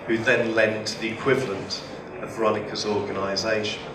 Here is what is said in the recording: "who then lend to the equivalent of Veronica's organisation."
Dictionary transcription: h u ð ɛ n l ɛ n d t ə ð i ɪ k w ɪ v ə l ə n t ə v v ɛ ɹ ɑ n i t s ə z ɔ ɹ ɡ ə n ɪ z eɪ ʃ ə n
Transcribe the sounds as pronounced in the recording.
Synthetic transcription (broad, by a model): h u ð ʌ n l ɛ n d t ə ð i ɪ k w ɪ v ə l ə n t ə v v ɹ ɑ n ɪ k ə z ɔ ɡ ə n ɪ z eɪ ʃ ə n